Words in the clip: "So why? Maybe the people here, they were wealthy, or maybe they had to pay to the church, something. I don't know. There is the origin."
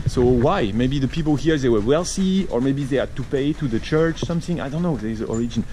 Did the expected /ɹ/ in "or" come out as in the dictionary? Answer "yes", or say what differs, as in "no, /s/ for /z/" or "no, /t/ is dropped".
yes